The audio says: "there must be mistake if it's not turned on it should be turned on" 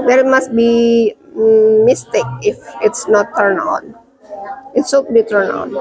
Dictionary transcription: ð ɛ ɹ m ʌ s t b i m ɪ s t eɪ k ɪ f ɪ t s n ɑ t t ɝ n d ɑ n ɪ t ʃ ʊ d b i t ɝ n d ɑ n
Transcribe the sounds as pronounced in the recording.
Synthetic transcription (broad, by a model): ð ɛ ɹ m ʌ s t b i m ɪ s t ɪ k ɪ f ɪ t s n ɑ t t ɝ n ɑ n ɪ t s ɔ b i t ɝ n ɑ n